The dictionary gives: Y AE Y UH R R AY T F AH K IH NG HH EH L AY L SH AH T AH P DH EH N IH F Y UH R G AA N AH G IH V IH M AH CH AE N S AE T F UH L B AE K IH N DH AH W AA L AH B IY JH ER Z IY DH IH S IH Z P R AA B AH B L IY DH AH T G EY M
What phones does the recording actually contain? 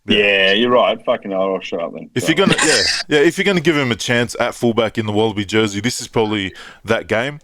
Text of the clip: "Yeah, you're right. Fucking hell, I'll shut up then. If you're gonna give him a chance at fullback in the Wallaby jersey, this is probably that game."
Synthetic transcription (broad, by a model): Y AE Y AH R R AY T F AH K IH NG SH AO N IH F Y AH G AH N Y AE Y IH F Y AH R G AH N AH G IH V IH M AH CH AE N S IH T F UH L B AE K IH N DH AH W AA L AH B IY JH ER Z IY DH IH S IH Z P R AA B AH B L IY DH AH T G EY M